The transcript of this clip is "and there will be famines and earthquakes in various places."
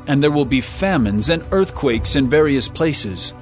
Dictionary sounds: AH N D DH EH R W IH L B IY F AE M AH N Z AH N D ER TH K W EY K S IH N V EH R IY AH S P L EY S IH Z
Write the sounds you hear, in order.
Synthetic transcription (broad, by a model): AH N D DH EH R W IH L B IY F AE M AH N Z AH N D ER TH K W EY K S IH N V EH R IY AH S P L EY S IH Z